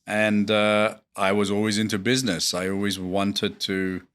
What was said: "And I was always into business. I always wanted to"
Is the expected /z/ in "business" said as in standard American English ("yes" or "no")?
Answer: yes